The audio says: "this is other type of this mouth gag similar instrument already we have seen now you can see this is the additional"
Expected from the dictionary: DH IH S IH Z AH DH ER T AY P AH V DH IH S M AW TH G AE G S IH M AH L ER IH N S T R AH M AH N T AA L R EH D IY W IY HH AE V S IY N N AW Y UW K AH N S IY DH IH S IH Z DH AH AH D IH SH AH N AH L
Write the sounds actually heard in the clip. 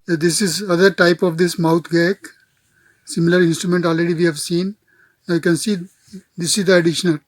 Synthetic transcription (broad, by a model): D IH S IH Z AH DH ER T AY P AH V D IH S M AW T G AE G S IH M AH L ER IH N S T R AH M AH N T AA L R EH D IY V IY HH AE V S IY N N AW Y UW K AH N S IY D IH S IH Z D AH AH D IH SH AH N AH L